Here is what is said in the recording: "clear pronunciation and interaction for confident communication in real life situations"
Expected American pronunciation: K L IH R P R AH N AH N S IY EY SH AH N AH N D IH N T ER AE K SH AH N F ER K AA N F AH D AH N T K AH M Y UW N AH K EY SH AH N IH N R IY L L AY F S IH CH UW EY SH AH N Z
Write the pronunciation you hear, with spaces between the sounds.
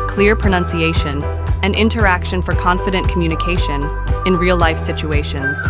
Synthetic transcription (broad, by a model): K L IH R P R AH N AH N S IY EY SH AH N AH N IH N T ER AE K SH AH N F ER K AA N F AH D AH N K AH M Y UW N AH K EY SH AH N IH N R IY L L AY F S IH CH UW EY SH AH N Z